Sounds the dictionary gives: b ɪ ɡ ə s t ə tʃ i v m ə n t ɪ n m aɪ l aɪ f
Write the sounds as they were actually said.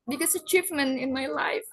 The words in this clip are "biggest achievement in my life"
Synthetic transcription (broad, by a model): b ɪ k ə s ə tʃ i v m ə n ɪ n m aɪ l aɪ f